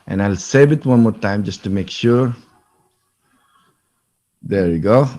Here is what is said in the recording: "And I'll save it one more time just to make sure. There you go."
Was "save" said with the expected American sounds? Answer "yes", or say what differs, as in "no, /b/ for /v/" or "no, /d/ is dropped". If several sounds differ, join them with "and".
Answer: no, /b/ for /v/